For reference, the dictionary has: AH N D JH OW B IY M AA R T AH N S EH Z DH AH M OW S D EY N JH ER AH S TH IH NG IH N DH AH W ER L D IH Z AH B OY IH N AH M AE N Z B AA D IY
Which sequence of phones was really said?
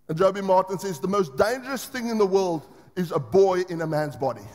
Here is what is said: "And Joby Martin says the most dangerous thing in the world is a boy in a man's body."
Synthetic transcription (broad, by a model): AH N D JH OW B IY M AA R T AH N S EH Z DH AH M OW S D EY N JH ER AH S TH IH NG IH N DH AH W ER L D IH Z AH B OY IH N AH M AE N Z B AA D IY